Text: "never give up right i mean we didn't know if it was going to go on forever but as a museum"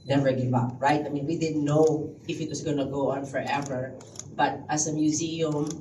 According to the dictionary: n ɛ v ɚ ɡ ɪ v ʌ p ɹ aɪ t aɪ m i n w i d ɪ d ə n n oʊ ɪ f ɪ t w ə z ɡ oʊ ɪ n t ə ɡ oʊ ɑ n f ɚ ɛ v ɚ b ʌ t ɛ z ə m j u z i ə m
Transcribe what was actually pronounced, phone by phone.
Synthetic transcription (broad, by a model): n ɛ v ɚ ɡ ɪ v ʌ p ɹ aɪ t aɪ m i n w i d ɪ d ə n n oʊ ɪ f ɪ t w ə s ɡ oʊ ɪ n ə ɡ oʊ ɑ n f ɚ ɛ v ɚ b ʌ t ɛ s ə m j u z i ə m